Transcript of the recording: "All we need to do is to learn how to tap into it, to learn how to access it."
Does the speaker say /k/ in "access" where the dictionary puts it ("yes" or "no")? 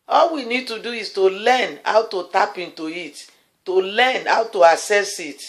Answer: no